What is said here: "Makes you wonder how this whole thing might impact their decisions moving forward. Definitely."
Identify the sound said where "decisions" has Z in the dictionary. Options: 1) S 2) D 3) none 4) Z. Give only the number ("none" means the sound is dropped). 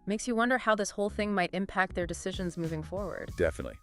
4